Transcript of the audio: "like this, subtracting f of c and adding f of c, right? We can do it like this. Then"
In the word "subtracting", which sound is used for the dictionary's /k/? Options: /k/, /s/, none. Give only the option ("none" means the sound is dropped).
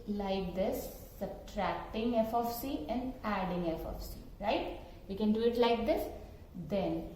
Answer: /k/